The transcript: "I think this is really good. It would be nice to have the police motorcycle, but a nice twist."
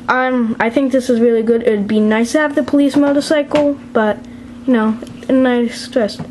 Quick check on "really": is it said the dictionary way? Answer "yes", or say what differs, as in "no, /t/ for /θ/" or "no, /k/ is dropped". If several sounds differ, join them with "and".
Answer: yes